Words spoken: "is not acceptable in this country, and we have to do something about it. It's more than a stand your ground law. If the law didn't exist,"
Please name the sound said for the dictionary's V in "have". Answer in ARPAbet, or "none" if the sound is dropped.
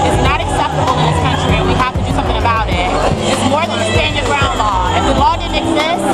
F